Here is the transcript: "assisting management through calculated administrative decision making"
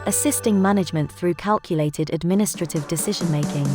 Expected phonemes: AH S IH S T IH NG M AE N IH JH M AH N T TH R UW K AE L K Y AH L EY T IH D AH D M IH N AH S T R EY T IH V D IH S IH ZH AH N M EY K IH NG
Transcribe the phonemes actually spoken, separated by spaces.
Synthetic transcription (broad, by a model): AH S IH S T IH NG M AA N IH JH M AH N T TH R UW K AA L K Y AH L EY T IH D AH D M IH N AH S T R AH T IH V D IH S IH ZH AH N M EY K IH NG